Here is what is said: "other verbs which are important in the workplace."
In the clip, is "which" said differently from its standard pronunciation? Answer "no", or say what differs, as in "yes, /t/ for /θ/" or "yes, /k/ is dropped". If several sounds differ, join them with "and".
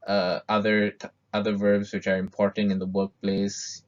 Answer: no